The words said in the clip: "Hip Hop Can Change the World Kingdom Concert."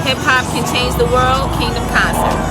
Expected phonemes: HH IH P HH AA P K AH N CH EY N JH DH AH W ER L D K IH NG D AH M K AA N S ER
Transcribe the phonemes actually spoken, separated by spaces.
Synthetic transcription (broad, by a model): HH IH P HH AA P K AH N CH EY N Z DH AH W ER L D K IH NG D AH M K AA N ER